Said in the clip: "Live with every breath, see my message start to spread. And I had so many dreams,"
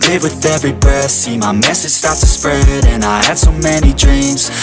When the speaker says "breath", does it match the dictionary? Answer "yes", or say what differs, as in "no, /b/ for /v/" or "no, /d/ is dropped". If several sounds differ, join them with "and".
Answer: no, /ɹ/ is dropped